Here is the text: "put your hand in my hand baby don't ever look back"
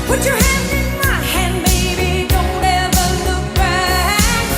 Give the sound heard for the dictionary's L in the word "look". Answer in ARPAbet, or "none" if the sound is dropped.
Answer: L